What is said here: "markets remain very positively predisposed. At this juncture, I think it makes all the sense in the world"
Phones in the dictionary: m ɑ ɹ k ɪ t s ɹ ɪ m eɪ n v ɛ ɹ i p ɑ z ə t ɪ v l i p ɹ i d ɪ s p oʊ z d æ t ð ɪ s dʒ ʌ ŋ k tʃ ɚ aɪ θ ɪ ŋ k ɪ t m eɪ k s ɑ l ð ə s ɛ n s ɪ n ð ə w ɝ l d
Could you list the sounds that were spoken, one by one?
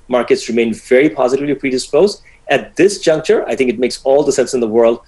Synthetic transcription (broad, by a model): m ɑ ɹ k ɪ t s ɹ ɪ m eɪ n v ɛ ɹ i p ɑ z ə t ɪ v l i p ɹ i d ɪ s p oʊ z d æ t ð ɪ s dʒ ʌ ŋ k tʃ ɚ aɪ θ ɪ ŋ k ɪ t m eɪ k s ɑ l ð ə s ɛ n s ɪ n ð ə w ɝ l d